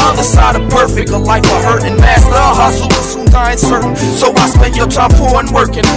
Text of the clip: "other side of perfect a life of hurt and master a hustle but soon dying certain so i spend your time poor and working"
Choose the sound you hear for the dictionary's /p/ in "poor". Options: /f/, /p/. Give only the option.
/f/